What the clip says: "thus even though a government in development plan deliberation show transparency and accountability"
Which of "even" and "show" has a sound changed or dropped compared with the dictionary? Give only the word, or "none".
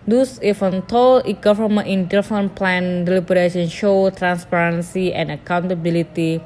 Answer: even